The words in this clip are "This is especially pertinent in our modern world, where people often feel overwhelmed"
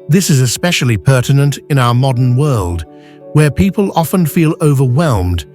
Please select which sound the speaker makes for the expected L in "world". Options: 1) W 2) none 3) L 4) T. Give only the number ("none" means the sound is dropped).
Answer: 3